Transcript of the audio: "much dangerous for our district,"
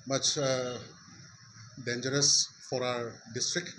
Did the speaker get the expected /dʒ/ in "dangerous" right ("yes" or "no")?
yes